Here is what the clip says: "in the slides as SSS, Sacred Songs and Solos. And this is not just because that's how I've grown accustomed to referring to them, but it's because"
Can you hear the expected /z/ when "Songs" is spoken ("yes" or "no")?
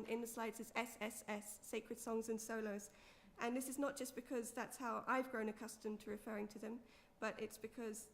yes